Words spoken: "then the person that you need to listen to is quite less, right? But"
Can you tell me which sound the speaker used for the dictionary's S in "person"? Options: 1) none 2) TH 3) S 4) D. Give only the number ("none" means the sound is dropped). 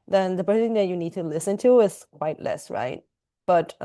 1